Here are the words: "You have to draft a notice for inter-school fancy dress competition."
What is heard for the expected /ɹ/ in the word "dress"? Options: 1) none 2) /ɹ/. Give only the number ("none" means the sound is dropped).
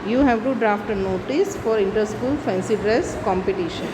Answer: 2